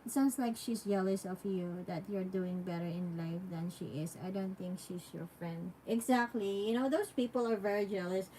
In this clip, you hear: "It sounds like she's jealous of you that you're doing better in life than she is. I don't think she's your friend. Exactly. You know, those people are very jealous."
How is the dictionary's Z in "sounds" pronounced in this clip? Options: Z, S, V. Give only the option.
S